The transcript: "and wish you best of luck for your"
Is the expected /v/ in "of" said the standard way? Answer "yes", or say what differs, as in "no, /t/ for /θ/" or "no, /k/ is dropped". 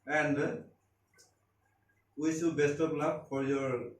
no, /p/ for /v/